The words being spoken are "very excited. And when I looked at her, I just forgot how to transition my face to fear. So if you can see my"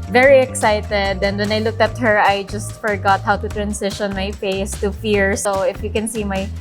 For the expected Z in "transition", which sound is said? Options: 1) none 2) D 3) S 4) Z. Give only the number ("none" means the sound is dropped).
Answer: 3